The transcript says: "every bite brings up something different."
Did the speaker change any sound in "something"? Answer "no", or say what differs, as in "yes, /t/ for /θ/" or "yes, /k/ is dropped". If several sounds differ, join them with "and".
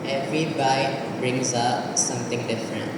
yes, /t/ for /θ/